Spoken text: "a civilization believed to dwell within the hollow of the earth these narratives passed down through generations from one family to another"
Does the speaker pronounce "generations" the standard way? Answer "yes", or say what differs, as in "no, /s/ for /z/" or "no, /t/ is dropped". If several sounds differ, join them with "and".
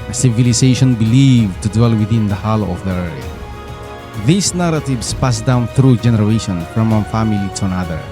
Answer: no, /z/ is dropped